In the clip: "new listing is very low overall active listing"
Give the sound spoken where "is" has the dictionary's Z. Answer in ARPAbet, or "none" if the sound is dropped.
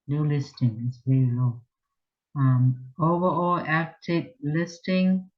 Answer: S